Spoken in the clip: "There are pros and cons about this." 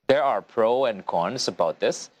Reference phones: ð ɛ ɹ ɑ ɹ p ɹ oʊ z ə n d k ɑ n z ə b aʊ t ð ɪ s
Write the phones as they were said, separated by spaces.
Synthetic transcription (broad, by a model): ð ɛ ɹ ɑ ɹ p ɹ oʊ ə n d k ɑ n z ə b aʊ t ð ɪ s